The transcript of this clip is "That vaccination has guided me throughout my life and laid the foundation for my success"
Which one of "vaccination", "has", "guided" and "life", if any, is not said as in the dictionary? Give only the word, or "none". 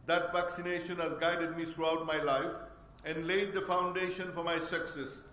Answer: none